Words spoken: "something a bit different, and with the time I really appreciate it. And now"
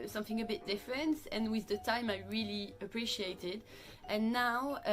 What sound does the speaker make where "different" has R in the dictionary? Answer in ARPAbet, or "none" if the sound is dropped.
R